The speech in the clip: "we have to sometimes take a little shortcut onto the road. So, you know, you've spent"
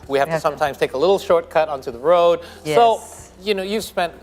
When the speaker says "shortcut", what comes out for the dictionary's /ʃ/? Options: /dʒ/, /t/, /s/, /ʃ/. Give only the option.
/ʃ/